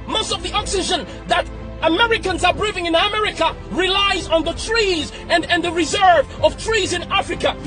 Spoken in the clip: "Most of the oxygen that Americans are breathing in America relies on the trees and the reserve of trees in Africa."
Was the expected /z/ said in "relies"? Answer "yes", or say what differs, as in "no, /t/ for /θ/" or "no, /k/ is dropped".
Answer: yes